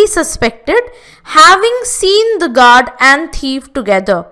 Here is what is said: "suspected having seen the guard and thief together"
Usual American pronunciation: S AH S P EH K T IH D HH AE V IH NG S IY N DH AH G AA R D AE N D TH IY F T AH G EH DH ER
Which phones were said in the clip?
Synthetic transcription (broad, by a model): S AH S P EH K T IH D HH AE V IH NG S IY N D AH G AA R D AE N D T IY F T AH G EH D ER